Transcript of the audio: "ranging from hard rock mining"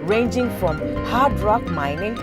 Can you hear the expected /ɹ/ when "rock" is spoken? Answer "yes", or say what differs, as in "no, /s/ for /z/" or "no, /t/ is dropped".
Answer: yes